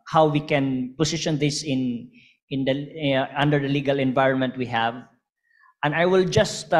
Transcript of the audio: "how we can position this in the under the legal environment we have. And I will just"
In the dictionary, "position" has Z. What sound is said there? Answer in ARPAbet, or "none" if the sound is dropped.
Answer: S